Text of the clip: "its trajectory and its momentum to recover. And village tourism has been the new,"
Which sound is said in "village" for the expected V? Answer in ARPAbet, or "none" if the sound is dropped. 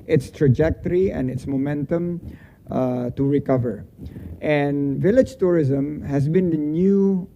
V